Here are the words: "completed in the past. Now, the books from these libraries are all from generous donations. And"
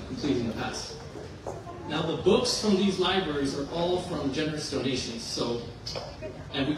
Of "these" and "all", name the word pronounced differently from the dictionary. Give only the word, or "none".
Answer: none